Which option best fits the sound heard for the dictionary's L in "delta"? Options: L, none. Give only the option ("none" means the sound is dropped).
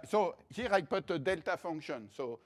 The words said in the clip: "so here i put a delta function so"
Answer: L